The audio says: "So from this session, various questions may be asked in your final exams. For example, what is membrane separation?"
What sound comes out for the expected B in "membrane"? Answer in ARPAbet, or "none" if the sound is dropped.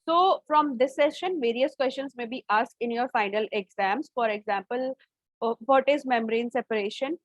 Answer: none